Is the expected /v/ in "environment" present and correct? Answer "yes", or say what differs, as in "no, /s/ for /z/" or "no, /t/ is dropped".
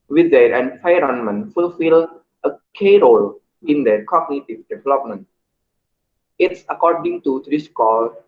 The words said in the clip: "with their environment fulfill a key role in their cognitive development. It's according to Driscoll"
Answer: no, /f/ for /v/